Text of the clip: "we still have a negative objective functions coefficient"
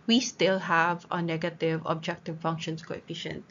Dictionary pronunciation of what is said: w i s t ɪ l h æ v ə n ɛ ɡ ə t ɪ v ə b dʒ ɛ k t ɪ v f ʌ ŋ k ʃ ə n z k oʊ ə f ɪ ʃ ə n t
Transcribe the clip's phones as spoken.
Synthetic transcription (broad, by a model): w i s t ɪ l h æ v ə n ɛ ɡ ə t ɪ v ə b dʒ ɛ k t ɪ v f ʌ ŋ k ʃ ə n s k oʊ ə f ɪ ʃ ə n t